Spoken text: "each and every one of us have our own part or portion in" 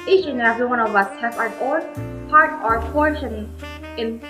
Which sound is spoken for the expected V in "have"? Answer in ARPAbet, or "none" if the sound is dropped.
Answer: F